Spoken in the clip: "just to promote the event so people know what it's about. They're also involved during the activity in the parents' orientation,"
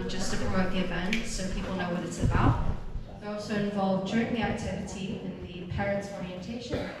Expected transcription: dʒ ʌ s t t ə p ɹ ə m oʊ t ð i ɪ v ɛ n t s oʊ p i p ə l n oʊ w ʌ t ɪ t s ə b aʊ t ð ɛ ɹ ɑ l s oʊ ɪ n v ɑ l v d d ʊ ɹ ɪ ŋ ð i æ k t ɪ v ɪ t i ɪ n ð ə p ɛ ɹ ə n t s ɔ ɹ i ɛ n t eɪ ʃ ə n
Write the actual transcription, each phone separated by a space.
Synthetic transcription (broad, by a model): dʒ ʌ s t t ə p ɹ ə oʊ ð i ɪ v ɛ n t s oʊ p i p ə l n oʊ w ʌ t ɪ t s ə b aʊ t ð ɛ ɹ ɑ l s oʊ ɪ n v ɑ l v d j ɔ ɹ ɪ ŋ ð i æ k t ɪ v ɪ t i ɪ n ð ə p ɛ ɹ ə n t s ɔ ɹ i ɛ n t eɪ ʃ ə n